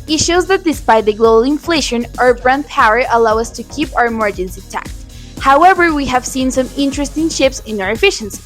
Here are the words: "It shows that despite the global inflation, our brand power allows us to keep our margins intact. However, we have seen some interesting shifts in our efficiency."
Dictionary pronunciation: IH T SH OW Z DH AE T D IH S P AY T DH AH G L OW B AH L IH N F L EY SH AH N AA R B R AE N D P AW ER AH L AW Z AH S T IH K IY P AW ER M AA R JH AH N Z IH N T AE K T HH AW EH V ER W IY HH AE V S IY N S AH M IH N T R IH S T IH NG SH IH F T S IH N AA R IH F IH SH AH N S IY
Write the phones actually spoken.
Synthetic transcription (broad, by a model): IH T SH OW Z DH AE T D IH S P AY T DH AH G L OW B AH L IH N F L EY SH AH N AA R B R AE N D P AW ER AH L AW AH S T IH K IY P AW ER M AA R JH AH N S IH T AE K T HH AW EH V ER W IY HH AE V S IY N S AH M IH N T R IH S T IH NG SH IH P S IH N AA R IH F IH SH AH N S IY